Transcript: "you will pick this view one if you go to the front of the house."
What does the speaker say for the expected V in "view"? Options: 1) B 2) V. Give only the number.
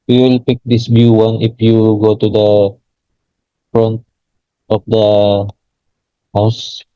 1